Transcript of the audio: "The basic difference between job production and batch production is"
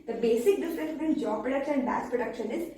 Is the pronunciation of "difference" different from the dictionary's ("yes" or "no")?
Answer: yes